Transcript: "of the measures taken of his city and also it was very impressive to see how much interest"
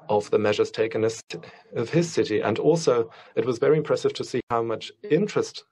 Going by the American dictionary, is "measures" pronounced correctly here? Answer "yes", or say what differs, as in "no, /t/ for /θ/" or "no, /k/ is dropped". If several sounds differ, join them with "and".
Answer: yes